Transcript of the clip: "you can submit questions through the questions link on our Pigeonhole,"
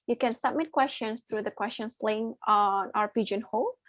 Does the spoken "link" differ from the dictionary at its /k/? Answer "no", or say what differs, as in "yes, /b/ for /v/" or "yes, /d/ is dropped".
yes, /k/ is dropped